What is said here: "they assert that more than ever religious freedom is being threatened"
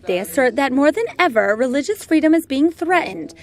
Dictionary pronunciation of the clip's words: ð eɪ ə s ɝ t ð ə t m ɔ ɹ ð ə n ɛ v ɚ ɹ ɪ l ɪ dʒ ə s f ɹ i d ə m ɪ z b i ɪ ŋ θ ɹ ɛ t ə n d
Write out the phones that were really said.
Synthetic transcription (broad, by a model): ð eɪ ə s ɝ t ð ə t m ɔ ɹ ð ə n ɛ v ɚ ɹ ɪ l ɪ dʒ ə s f ɹ i d ə m ɪ z b i ɪ ŋ θ ɹ ɛ t n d